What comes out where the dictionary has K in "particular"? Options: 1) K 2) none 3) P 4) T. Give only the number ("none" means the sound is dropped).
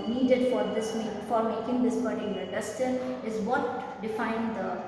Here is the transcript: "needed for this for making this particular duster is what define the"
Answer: 2